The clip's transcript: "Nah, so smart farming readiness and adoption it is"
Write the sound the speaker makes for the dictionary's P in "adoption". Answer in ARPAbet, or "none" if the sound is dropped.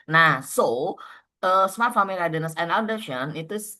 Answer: none